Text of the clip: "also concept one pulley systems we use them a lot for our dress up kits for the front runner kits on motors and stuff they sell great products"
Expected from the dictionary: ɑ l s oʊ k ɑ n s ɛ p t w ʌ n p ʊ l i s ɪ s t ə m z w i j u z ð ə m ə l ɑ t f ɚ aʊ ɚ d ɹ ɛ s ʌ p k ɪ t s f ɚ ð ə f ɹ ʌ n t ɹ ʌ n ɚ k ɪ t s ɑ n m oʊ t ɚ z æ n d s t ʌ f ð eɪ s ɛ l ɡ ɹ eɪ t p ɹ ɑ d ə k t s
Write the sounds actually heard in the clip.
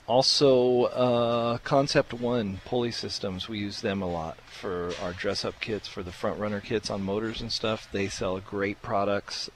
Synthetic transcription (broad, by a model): ɑ l s oʊ k ɑ n s ɛ p t w ʌ n p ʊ l i s ɪ s t ə m z w i j u z ð ə m ə l ɑ t f ɚ aʊ ɚ d ɹ ɛ s ʌ p k ɪ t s f ɚ ð ə f ɹ ʌ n t ɹ ʌ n ɚ k ɪ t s n m oʊ t ɚ z n s t ʌ f ð eɪ s ɛ l ɡ ɹ eɪ t p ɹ ɑ d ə k t s